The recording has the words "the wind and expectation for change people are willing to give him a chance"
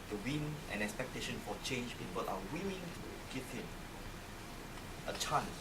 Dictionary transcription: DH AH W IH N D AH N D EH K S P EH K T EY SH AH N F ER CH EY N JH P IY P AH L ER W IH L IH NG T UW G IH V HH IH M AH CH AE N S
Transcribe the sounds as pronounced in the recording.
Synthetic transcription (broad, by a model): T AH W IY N AH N EH K S P EH K T EY SH AH N F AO CH EY N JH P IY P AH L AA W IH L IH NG T UW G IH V HH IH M AH CH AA N S